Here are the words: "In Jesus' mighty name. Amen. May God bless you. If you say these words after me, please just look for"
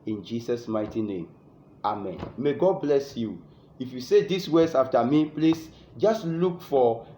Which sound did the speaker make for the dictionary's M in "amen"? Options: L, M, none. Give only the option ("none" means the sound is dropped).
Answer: M